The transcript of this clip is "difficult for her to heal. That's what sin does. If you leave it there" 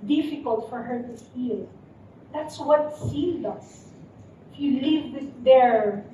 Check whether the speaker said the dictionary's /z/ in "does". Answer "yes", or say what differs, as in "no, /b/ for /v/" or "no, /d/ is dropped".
no, /s/ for /z/